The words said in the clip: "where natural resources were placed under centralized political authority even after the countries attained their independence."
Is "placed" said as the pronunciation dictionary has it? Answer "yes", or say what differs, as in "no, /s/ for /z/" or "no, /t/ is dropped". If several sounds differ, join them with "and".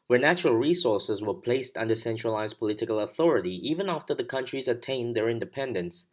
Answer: yes